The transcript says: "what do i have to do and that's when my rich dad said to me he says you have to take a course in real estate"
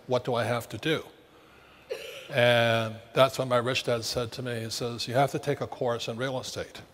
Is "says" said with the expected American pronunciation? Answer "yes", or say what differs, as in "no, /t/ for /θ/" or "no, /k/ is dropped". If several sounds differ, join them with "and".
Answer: yes